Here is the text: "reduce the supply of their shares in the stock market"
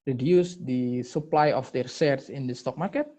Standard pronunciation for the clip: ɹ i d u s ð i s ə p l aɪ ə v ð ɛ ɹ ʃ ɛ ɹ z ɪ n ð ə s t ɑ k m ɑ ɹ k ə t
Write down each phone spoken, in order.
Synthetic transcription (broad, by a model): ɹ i d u s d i s ə p l aɪ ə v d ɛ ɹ s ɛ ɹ s ɪ n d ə s t ɑ k m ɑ ɹ k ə t